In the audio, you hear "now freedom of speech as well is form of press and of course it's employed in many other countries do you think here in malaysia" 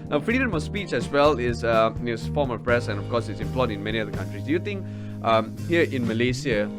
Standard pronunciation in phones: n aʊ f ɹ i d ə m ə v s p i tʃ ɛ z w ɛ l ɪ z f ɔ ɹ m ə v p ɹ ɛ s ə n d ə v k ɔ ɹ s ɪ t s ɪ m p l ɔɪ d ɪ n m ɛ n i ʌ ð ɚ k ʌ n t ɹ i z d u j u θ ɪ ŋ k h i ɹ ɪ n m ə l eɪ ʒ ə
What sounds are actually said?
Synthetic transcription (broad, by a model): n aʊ f ɹ i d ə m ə s p i tʃ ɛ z w ɛ l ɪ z f ɔ m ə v p ɹ ɛ s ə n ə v k ɔ s ɪ t s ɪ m p l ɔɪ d ɪ n m ɛ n i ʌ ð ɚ k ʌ n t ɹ i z d u j u t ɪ ŋ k h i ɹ ɪ n m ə l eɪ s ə